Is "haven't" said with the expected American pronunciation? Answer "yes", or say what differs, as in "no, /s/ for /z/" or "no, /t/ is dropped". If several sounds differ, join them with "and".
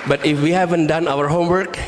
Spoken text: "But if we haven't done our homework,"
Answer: yes